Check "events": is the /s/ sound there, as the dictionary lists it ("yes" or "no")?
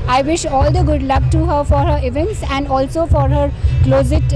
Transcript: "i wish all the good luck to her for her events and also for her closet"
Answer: yes